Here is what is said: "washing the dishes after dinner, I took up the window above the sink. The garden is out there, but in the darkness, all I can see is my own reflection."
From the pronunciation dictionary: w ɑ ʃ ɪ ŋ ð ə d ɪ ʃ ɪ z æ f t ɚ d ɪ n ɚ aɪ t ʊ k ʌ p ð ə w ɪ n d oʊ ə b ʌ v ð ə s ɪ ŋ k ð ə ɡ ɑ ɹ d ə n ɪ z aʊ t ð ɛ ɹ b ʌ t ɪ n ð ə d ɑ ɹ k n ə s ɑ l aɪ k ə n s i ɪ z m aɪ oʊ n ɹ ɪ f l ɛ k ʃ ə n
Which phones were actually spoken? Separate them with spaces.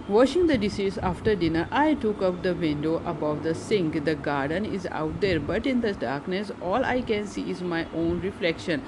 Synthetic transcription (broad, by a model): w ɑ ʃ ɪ ŋ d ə d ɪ s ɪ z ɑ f t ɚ d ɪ n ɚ aɪ t ʊ k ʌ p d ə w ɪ n d oʊ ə b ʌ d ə s ɪ ŋ k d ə ɡ ɑ ɹ d ə n ɪ z aʊ t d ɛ ɹ b ʌ t ɪ n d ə d ɑ ɹ k n ə s ɑ l aɪ k ə n s i ɪ z m aɪ oʊ n ɹ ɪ f l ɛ k ʃ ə n